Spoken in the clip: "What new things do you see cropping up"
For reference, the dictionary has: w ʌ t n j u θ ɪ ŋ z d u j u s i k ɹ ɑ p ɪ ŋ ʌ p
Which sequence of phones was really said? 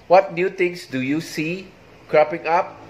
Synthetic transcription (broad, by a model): w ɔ t n j u t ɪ ŋ s d u j u s i k ɹ ɑ p ɪ ŋ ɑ p